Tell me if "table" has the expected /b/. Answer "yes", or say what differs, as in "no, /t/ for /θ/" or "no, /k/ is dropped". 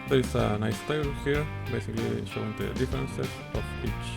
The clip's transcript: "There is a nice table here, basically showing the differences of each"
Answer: no, /b/ is dropped